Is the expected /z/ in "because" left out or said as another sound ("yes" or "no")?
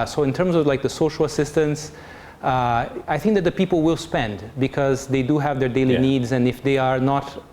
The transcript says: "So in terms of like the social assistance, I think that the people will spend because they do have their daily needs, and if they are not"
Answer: no